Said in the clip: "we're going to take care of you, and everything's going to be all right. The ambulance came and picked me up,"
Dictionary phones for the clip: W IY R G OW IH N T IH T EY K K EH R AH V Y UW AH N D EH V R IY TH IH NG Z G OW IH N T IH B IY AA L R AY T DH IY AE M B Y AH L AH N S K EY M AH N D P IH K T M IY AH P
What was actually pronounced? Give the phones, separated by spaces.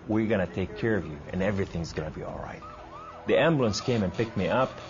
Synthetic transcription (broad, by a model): W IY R G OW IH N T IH T EY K K EH R AH V Y UW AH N EH V R IY TH IH NG Z G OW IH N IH B IY AA L R AY T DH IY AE M B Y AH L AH N S K EY M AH N P IH K T M IY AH P